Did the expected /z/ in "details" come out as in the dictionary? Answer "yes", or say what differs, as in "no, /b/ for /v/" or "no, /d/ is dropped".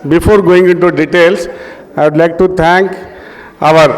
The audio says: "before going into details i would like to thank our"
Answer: no, /s/ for /z/